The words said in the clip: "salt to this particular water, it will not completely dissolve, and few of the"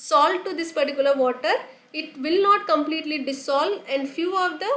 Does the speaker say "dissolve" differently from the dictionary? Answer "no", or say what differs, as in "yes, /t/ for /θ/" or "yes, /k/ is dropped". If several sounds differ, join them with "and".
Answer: yes, /s/ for /z/ and /v/ is dropped